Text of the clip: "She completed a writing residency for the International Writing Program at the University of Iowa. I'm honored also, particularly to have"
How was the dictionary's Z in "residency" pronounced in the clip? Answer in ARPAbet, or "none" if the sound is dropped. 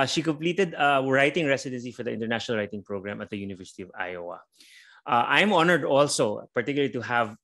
S